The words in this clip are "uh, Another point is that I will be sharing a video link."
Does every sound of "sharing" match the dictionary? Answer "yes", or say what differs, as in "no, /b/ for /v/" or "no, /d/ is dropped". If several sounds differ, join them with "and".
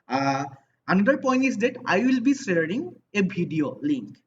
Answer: no, /s/ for /ʃ/